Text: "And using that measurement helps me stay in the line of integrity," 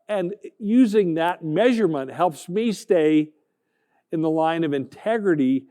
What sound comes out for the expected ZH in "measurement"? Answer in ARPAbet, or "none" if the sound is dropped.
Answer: ZH